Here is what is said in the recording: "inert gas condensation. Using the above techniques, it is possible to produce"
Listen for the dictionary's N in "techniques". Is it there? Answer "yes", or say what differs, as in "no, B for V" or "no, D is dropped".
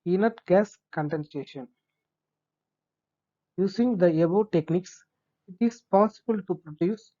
yes